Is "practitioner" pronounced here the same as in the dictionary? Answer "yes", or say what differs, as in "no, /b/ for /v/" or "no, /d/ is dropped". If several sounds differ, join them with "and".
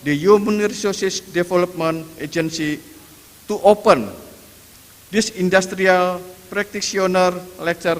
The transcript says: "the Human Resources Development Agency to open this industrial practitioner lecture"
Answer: no, /s/ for /ʃ/